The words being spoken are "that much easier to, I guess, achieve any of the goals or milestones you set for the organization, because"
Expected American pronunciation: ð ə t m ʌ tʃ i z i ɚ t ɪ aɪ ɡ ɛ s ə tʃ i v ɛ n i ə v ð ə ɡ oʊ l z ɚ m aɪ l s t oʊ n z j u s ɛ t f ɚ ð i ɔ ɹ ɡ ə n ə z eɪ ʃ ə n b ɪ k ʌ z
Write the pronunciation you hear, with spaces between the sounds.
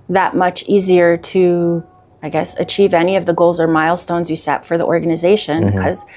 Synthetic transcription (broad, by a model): ð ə t m ʌ tʃ i z i ɚ t ɪ aɪ ɡ ɛ s ə tʃ i v ɛ n i ə v ð ə ɡ oʊ l z ɚ m aɪ l s t oʊ n z j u s ɛ t f ɚ ð i ɔ ɹ ɡ ə n ə z eɪ ʃ ə n k ʌ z